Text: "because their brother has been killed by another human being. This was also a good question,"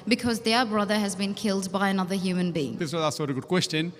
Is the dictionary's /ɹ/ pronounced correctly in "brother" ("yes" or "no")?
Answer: yes